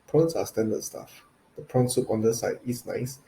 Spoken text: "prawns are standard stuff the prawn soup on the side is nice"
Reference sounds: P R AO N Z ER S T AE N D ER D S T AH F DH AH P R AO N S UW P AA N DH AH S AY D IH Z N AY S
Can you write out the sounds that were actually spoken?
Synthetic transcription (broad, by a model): P R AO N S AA S T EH N D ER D S T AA F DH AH P R AO N S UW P AA N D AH S AY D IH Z N AY S